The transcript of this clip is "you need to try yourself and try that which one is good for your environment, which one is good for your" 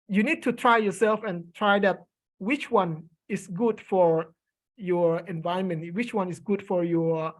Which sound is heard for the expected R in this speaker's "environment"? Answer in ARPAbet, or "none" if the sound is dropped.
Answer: none